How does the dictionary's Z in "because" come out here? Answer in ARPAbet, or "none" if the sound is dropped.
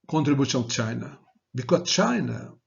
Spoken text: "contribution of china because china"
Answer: none